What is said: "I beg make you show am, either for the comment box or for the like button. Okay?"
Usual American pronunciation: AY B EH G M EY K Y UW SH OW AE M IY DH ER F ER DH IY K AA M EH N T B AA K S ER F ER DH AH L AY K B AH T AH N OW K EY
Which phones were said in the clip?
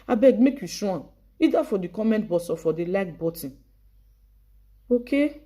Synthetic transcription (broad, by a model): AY B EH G M EY K Y UW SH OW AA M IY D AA F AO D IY K AA M EH N T B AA S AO F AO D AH L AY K B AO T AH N OW K EY